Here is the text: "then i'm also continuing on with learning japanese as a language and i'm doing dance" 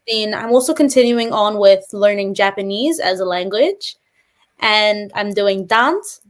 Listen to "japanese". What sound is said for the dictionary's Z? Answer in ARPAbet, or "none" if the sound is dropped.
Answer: Z